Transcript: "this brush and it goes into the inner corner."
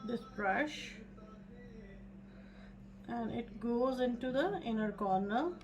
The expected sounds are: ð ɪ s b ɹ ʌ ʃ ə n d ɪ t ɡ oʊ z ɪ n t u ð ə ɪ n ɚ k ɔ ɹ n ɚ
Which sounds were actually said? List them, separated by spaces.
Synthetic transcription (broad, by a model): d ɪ s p ɹ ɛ ʃ ə n d ɪ t ɡ oʊ z ɪ n t u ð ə ɪ n ɚ k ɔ ɹ n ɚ